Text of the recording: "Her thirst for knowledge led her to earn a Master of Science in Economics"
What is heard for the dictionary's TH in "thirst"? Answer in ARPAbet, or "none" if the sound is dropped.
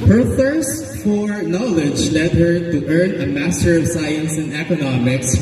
TH